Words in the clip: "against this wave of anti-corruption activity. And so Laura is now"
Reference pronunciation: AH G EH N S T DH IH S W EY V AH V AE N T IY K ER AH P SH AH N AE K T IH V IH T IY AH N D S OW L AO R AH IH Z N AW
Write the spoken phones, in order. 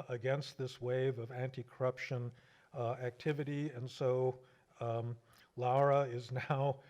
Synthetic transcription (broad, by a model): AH G EH N S T DH IH S W EY V AH V AE N T IY K ER AH P SH AH N AE K T IH V IH T IY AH N S OW L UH R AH IH Z N AW